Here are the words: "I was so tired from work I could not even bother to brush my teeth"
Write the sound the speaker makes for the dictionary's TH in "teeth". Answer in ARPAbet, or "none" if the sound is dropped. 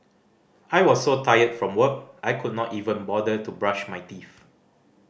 F